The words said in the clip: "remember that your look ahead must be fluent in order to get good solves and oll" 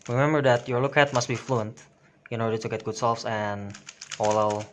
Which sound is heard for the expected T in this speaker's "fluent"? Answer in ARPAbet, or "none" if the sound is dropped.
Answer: T